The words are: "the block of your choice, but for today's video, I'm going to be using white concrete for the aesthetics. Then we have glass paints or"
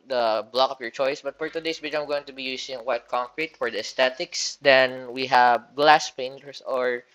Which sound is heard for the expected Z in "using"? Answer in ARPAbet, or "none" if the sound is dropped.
S